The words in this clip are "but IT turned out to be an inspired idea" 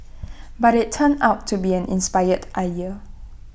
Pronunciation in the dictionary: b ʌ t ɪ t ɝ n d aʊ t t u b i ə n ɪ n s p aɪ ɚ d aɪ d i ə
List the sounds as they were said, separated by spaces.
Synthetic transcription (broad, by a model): b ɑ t ɪ t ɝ n aʊ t t u b i ə n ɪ n s p aɪ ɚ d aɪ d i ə